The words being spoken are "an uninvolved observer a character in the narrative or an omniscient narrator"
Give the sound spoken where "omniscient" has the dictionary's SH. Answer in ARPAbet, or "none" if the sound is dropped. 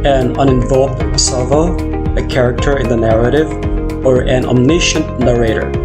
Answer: SH